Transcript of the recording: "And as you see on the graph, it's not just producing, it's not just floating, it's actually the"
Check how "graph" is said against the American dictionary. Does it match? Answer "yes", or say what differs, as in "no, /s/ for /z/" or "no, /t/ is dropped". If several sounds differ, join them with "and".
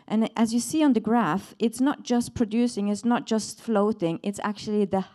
yes